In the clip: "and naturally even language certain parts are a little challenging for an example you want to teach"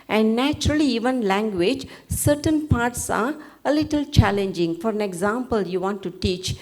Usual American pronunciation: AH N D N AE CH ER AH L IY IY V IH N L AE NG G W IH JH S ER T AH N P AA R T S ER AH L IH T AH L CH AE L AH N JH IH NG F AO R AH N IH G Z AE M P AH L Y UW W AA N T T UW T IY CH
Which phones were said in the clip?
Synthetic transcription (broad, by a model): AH N D N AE CH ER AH L IY IY V IH N L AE NG G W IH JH S ER T AH N P AA R T S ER AH L IH T AH L CH AE L AH N JH IH NG F AO R AH N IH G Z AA M P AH L Y UW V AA N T T UW T IY CH